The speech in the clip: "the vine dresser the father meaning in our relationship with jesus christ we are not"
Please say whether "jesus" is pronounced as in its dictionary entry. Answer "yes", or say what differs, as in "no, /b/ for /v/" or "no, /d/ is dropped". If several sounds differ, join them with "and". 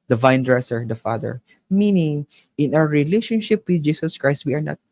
no, /s/ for /z/